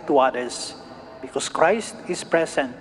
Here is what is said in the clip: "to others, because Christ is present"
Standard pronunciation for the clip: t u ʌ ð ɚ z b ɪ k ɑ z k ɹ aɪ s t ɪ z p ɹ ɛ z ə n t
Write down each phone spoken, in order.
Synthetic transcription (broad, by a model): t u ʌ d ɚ s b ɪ k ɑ s k ɹ aɪ s t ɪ s p ɹ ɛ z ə n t